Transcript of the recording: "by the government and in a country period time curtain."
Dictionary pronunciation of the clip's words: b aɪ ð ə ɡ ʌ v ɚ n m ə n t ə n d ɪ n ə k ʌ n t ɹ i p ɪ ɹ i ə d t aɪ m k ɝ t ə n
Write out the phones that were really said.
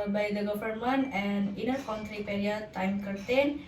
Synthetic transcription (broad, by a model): b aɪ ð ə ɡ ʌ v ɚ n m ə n ə n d ɪ n ə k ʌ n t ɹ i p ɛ ɹ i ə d t aɪ m k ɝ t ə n